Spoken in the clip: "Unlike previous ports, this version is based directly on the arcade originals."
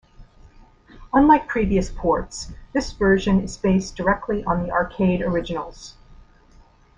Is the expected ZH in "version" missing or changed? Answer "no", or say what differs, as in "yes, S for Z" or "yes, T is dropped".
no